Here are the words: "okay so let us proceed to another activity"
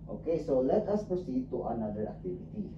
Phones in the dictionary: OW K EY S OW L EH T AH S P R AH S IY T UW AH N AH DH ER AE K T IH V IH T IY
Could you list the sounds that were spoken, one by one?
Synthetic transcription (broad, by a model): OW K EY S OW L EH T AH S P AH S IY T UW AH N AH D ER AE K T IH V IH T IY